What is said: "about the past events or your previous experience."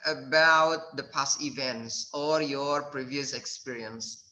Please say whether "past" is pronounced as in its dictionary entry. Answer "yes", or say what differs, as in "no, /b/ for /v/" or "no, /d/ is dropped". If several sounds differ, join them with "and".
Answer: no, /t/ is dropped